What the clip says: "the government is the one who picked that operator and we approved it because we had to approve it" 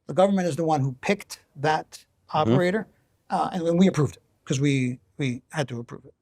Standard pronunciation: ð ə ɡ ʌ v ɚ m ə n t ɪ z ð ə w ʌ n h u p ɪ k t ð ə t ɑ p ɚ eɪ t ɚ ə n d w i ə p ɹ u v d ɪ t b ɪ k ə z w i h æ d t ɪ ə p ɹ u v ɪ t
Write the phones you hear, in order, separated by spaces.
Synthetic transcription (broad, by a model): ð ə ɡ ʌ v ɚ m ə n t ɪ z ð ə w ʌ n h u p ɪ k t ð ə t ɑ p ɚ eɪ t ɚ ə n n w i ə p ɹ u v d ɪ t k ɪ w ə w i h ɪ d t ɪ ə p ɹ u v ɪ t